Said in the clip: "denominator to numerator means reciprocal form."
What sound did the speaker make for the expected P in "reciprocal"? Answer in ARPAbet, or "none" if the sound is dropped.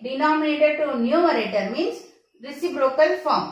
B